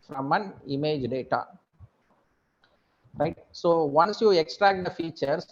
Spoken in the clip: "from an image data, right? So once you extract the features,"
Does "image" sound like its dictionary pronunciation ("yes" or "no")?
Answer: yes